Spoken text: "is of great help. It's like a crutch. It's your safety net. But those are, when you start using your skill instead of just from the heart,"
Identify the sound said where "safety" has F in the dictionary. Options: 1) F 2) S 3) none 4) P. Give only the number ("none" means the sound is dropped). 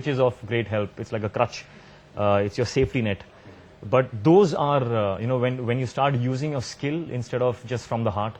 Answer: 1